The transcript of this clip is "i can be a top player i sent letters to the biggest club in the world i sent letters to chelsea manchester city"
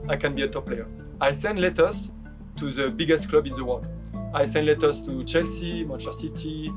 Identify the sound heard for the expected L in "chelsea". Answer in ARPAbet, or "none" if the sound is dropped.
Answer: L